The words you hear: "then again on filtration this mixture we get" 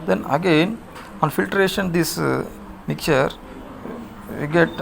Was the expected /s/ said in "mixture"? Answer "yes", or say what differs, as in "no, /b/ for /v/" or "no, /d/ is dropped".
no, /s/ is dropped